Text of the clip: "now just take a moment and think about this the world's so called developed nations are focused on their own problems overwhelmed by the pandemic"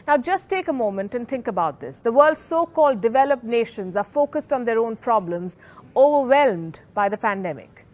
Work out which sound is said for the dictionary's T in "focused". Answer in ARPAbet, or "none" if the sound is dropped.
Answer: T